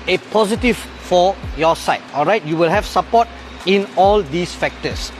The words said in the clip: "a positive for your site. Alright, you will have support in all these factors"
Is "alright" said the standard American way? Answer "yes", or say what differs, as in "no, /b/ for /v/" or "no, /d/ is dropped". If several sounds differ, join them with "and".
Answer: yes